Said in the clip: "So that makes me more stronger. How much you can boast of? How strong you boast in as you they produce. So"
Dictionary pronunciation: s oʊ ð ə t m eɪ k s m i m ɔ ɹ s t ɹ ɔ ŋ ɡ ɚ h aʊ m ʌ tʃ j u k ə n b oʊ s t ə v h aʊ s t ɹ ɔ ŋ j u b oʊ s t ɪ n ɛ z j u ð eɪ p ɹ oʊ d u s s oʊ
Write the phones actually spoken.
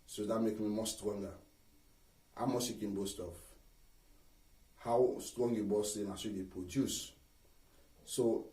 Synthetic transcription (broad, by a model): s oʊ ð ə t m eɪ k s m i m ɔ s t ɹ ɔ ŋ ɡ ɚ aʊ m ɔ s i k ə n b oʊ s t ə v h aʊ s t ɹ ɔ ŋ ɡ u b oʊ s ɪ n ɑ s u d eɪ p ɹ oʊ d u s s oʊ